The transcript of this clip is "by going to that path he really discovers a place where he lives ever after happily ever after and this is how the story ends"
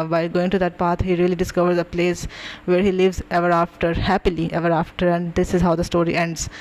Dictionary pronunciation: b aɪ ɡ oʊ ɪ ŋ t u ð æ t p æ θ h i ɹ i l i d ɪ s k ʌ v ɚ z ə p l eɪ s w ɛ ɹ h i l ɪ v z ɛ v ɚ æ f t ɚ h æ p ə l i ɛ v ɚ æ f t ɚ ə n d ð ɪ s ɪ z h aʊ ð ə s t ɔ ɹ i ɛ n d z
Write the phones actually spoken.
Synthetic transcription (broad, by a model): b aɪ ɡ oʊ ɪ ŋ t u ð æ t p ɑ t h i ɹ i l i d ɪ s k ʌ v ɚ z ə p l eɪ s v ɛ ɹ h i l ɪ v z ɛ v ɚ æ f t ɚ h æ p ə l i ɛ v ɚ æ f t ɚ ə n d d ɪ s ɪ z h aʊ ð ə s t ɔ ɹ i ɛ n d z